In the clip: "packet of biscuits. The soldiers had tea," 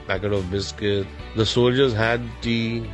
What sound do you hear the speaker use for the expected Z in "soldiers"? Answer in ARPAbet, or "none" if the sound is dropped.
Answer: Z